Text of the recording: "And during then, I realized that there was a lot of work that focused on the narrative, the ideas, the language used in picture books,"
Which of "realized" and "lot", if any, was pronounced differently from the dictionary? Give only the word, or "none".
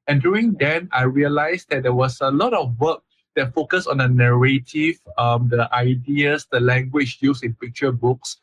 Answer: realized